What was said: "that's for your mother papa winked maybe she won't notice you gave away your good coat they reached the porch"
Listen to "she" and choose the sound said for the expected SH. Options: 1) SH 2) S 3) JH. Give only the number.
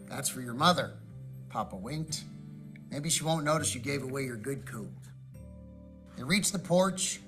1